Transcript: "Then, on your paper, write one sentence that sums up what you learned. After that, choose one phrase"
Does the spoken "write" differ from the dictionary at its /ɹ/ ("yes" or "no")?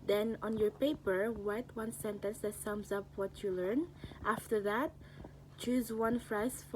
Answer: yes